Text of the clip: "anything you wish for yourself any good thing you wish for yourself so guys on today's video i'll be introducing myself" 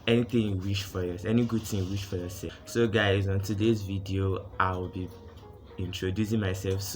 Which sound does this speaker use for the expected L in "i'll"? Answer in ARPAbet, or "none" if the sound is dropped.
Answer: W